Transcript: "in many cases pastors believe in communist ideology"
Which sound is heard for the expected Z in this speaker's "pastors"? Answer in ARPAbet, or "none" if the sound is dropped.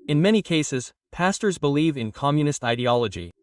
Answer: Z